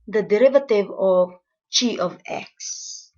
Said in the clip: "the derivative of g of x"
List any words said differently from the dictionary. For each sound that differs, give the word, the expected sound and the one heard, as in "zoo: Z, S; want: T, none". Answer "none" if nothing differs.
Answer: g: JH, CH